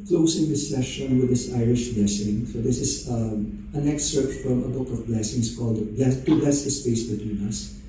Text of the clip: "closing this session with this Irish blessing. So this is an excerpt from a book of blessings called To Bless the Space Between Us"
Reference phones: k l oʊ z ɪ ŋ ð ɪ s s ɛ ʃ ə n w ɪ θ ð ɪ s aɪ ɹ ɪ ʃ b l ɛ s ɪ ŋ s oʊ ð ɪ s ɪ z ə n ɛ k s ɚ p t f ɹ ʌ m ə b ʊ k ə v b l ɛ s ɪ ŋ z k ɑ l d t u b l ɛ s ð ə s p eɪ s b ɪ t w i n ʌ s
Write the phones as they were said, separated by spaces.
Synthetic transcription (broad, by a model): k l oʊ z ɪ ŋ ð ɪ s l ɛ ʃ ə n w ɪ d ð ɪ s aɪ ɹ ɪ ʃ b l ɛ s ɪ ŋ s oʊ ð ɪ s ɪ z ə n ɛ k s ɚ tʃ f ɹ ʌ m ə b ʊ k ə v b l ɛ s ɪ ŋ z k ɑ l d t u b l ɛ s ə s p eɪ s b ɪ t w i n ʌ s